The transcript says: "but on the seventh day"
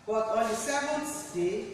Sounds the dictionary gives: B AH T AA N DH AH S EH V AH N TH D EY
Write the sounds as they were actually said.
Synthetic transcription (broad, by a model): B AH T AA N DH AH S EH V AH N S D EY